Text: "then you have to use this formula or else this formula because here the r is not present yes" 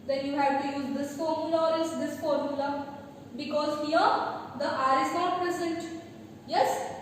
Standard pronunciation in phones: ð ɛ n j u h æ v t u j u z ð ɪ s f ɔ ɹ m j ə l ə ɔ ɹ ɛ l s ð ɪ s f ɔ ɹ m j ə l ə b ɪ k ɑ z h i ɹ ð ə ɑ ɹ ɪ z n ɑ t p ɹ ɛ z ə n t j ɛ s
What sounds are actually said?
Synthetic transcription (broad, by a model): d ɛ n j u h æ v t u j u z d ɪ s f ɔ ɹ m j ə l ə ɔ ɹ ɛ s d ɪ s f ɔ ɹ m j ə l ə b ɪ k ɑ z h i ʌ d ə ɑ ɹ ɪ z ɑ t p ɹ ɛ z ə n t j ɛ s